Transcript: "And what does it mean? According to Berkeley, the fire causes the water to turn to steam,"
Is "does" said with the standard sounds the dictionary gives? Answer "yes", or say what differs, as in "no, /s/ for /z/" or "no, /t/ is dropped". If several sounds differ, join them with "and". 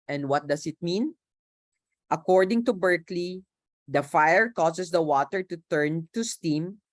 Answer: no, /s/ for /z/